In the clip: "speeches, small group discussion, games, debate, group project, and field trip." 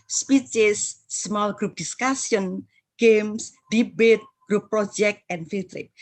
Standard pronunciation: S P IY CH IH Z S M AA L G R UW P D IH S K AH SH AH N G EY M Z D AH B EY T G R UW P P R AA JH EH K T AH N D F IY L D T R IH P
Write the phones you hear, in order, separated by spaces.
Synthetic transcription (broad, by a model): S P IY CH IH S M AA L G R UW P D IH S K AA S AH N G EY M S D AH B EY T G R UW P P R AA JH EH K T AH N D F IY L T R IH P